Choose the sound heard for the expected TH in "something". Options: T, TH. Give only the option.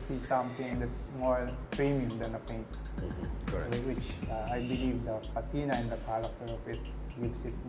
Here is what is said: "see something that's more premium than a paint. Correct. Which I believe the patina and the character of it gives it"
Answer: T